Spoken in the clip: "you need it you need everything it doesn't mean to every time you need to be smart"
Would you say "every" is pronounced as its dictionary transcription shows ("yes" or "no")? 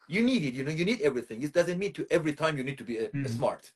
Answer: yes